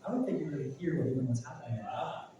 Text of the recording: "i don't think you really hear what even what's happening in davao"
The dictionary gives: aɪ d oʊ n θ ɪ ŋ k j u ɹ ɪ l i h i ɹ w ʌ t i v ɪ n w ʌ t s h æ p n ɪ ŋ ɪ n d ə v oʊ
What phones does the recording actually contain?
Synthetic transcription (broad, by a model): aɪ d oʊ n θ ɪ ŋ k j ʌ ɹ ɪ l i h i ɹ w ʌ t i ɪ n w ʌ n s h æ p ɪ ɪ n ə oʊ